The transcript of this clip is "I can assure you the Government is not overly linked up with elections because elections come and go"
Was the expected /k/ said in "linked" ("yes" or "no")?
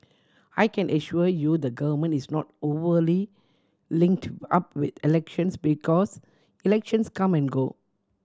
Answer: yes